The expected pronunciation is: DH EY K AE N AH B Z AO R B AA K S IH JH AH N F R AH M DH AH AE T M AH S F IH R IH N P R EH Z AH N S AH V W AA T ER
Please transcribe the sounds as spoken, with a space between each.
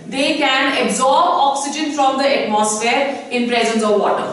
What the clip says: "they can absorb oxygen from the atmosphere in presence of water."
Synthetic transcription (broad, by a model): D EY K AE N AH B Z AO R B AA K S IH JH AH N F R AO M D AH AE T M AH S F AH R IH N P R EH Z AH N S AH V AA T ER